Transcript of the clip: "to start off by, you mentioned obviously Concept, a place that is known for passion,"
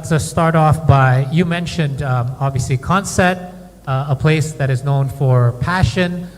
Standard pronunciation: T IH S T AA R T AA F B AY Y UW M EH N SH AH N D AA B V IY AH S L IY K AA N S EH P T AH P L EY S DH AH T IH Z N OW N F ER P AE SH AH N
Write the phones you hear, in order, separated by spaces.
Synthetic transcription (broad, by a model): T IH S T AA R T AA F B AY Y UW M EH N SH AH N D AA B V IY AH S L IY K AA N S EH T AH P L EY S DH AH T IH Z N OW N F ER P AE SH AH N